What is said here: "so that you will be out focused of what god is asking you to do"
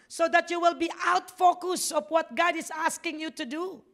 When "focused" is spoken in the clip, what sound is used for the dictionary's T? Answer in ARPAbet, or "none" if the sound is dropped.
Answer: none